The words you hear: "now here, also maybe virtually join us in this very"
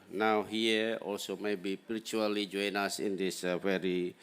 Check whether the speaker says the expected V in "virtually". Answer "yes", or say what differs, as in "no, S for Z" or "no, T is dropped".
no, P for V